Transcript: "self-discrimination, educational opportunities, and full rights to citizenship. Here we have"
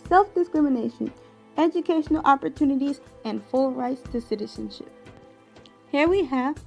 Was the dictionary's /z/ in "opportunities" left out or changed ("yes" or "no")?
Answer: no